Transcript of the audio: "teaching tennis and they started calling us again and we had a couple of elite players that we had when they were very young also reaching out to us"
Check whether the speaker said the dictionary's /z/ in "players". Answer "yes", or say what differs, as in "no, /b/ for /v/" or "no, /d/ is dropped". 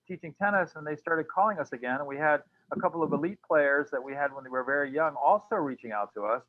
yes